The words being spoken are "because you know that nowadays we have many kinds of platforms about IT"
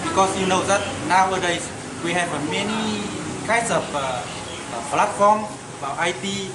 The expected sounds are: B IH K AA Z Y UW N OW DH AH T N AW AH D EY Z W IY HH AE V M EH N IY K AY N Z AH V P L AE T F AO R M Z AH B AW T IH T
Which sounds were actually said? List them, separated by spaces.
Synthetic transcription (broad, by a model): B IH K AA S Y UW N OW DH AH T N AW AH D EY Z W IY HH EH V M EH N IY K AY N S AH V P L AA T F AO M AH B AW T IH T